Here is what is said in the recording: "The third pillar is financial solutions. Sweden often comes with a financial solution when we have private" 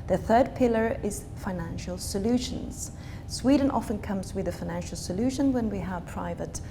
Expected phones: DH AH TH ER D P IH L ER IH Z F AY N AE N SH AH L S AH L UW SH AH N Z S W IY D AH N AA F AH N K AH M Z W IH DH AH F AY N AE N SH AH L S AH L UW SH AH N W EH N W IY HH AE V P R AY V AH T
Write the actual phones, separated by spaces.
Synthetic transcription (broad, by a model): DH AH TH ER D P IH L ER IH Z F AY N AE N SH AH L S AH L UW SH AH N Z S W IY D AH N AA F AH N K AH M Z W IH DH AH F AY N AE N SH AH L S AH L UW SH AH N W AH N W IY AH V P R AY V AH T